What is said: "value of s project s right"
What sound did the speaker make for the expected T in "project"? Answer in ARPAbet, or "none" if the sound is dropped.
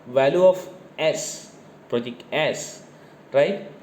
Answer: none